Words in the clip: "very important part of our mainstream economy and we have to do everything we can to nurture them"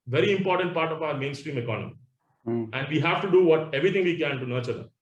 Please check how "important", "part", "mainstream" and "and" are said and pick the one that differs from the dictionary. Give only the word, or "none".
none